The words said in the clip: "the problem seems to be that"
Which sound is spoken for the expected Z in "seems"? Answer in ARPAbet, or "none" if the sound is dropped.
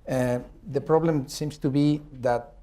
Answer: S